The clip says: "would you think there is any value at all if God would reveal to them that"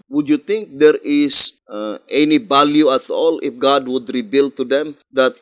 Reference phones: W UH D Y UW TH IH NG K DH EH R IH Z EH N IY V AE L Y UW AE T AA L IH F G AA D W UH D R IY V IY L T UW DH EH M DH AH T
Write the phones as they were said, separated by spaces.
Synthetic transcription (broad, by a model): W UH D Y UW T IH NG K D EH R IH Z EH N IY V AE L Y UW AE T AA L IH F G AA D W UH D R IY B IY L T UW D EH M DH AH T